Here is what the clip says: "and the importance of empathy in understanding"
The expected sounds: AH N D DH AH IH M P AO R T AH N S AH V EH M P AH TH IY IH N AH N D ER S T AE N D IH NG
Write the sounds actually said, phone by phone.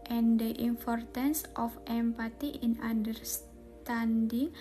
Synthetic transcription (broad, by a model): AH N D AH IH M P AO R T AH N S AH F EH M P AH T IY IH N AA N D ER S T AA N D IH NG